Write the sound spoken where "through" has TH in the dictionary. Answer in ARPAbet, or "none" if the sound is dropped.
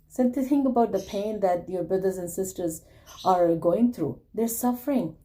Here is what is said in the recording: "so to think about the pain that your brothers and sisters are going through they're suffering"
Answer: T